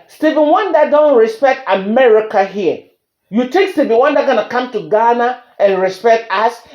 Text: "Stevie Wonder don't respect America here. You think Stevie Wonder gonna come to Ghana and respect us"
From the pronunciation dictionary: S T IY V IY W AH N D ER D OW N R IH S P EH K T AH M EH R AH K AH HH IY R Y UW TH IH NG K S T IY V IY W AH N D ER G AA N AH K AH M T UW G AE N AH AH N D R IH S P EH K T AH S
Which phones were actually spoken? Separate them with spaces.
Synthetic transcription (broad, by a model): S T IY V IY W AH N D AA D OW N R IH S P EH K T AH M EH R AH K AH HH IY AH Y UW T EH K S T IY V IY W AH N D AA G AA N AH K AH M T UW G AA N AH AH N R IH S P EH K T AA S